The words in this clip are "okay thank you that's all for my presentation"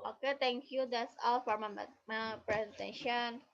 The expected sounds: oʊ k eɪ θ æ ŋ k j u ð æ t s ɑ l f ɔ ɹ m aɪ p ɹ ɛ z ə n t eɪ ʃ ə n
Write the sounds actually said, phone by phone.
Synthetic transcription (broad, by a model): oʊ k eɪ t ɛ ŋ k j u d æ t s ɑ l f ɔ ɹ m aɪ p ɹ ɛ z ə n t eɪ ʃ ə n